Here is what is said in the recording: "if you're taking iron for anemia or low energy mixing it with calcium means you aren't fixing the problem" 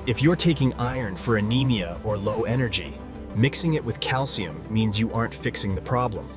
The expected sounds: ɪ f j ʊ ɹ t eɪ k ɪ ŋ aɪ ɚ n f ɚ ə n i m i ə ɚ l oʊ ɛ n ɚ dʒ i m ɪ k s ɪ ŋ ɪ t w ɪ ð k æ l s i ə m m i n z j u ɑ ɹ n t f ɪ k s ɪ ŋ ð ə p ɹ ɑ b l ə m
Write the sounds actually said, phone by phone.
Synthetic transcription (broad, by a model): ɪ f j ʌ ɹ t eɪ k ɪ ŋ aɪ ɚ n f ɚ ə n i m i ə ɚ l oʊ ɛ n ɚ dʒ i m ɪ k s ɪ ŋ ɪ t w ɪ ð k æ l s i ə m m i n z j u ɑ ɹ n t f ɪ k s ɪ ŋ ð ə p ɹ ɑ b l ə m